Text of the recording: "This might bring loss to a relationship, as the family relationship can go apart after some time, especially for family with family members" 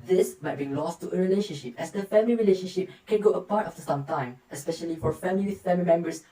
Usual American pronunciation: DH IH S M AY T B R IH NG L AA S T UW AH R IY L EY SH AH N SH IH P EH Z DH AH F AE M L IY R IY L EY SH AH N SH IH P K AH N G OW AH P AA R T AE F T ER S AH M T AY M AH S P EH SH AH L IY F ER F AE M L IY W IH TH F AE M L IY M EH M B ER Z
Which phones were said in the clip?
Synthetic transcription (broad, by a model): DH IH S M AY T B IY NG L AA S T UW AH R IY L EY SH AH N SH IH P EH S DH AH F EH M L IY R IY L EY SH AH N SH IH P K AH N G OW AH P AA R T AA F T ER S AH M T AY M AH S P EH SH AH L IY F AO F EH M L IY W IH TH F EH M L IY M EH M B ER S